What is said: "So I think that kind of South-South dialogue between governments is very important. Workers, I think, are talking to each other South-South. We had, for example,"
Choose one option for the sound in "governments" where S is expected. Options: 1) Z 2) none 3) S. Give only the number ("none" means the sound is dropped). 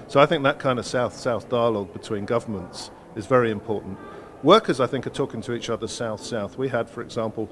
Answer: 3